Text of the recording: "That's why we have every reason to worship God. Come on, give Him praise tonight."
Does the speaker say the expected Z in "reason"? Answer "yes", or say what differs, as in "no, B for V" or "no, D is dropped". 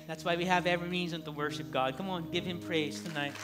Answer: yes